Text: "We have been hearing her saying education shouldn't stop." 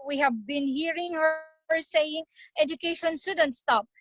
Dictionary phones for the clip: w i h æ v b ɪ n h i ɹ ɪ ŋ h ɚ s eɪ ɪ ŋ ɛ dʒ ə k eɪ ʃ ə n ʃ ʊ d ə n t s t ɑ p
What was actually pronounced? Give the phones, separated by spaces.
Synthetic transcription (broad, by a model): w i h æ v b ɪ n h i ɹ ɪ ŋ h ɚ s eɪ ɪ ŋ ɛ dʒ ə k eɪ ʃ ə n s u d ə n t s t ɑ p